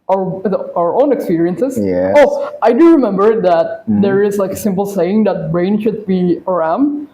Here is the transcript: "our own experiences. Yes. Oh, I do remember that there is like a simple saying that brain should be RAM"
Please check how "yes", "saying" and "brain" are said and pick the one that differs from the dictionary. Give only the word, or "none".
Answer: yes